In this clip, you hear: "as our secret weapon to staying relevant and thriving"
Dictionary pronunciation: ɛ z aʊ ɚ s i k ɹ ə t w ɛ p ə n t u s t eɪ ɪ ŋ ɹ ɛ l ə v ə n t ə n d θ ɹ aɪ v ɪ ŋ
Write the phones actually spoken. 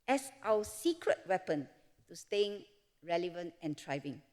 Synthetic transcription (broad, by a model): ɛ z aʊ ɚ s i k ɹ ə t w ɛ p ə n t u s t eɪ ɪ ŋ ɹ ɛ l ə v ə n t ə n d ɹ aɪ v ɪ ŋ